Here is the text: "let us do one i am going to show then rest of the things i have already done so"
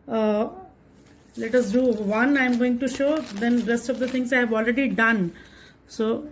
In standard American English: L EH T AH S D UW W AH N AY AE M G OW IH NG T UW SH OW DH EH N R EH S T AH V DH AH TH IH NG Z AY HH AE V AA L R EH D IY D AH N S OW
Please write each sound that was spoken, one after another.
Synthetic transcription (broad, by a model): L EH T AH S D UW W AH N AY M G OW IH NG T UW SH OW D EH N R EH S T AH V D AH T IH NG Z AY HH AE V AA L R EH D IY D AH N S OW